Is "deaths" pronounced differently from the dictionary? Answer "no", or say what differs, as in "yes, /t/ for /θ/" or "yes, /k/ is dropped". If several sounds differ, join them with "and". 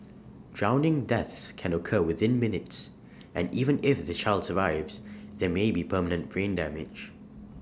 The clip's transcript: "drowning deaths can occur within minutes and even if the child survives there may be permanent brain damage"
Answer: no